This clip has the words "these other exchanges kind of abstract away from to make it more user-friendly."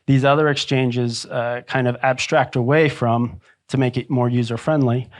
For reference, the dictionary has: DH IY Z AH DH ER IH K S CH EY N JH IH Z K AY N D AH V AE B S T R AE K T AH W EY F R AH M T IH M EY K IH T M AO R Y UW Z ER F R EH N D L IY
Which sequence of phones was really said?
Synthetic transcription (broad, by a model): DH IY Z AH DH ER IH K S CH EY N JH IH Z K AY N D AH V AE B S T R AE K T AH W EY F R AH M T IH M EY K IH T M AO R Y UW Z ER F R EH N D L IY